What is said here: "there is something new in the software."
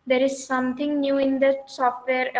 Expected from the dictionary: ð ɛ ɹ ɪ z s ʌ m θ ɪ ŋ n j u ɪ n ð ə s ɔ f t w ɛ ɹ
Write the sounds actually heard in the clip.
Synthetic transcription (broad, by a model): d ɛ ɹ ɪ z s ʌ m t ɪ ŋ n j u ɪ n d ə s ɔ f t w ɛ ɹ